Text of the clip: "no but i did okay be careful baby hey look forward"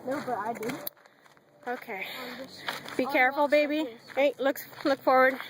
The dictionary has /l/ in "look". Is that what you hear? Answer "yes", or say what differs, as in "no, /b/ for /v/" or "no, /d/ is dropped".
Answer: yes